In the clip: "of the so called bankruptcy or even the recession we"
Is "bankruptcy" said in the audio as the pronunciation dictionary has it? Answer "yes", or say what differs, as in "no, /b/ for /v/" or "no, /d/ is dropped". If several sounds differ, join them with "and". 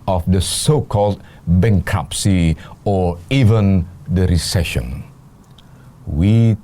no, /ɹ/ is dropped